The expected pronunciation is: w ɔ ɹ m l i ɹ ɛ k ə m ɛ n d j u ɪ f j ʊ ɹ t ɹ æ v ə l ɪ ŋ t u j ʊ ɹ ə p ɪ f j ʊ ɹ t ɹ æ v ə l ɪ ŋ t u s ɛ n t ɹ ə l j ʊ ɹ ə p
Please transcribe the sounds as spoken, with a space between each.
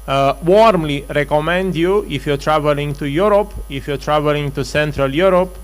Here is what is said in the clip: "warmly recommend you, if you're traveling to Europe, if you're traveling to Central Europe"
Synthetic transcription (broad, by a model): w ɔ ɹ m l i ɹ ɛ k ə m ɛ n d j u ɪ f j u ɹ t ɹ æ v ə l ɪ ŋ t u j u ɹ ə p ɪ f j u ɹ t ɹ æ v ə l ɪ ŋ t u s ɛ n t ɹ ə l j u ɹ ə p